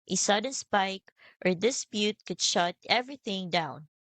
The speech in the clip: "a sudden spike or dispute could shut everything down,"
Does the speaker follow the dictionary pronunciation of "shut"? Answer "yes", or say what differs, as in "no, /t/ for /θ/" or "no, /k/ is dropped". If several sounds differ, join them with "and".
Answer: yes